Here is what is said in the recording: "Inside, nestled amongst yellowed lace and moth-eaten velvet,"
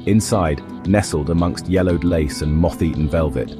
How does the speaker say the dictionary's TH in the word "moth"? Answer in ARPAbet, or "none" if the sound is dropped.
TH